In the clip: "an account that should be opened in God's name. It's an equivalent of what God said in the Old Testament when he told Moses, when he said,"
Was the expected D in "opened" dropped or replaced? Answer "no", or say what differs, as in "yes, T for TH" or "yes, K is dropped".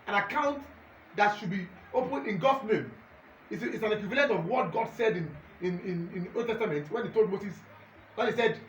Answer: yes, D is dropped